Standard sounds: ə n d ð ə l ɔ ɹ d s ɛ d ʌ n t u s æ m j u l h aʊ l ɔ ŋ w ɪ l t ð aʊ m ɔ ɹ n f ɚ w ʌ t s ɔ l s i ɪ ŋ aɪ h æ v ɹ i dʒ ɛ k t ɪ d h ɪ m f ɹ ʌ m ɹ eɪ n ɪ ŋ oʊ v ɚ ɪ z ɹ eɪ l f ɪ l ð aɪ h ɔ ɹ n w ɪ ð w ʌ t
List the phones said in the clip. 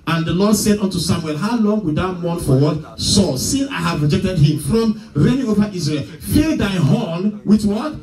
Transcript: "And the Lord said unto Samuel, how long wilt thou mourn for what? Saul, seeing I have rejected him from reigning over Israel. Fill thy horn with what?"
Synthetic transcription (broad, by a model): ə n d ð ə l ɔ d s ɛ d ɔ n t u s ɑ m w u l h aʊ l ɔ ŋ w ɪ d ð aʊ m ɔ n f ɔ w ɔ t s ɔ s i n aɪ h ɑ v ɹ i dʒ ɛ k t ɪ d h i m f ɹ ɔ m ɹ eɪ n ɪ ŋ oʊ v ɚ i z ɹ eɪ l f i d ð aɪ h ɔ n w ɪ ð w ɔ t